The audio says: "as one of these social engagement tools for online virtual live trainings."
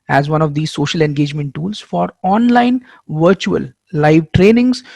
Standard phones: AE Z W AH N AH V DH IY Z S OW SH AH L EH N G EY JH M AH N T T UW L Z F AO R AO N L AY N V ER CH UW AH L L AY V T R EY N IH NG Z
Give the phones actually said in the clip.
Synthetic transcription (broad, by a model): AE Z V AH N AH V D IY S OW SH AH L EH N G EY JH M AH N T T UW L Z F AO R AO N L AY N V ER CH UW AH L L AY V T R EY N IH NG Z